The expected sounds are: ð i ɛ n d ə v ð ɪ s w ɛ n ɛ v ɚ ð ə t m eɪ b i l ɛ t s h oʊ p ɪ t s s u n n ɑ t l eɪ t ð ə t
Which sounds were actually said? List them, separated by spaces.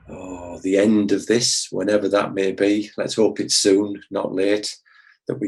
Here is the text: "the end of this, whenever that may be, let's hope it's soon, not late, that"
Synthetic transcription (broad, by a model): ð i ɛ n d ə v ð ɪ s w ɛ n ɛ v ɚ ð ə t m eɪ b i l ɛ t s h oʊ p ɪ t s s u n n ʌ t l eɪ t ð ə t